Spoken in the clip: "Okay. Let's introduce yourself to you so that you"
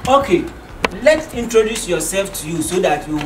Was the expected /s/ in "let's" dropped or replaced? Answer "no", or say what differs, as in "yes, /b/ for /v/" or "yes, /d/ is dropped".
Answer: yes, /s/ is dropped